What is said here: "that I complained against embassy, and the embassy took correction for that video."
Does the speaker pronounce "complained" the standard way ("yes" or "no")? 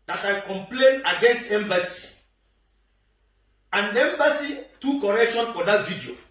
no